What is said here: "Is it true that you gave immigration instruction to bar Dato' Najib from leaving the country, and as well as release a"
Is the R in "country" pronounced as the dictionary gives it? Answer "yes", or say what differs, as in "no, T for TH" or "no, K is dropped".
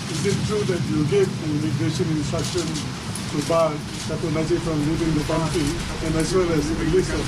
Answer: no, R is dropped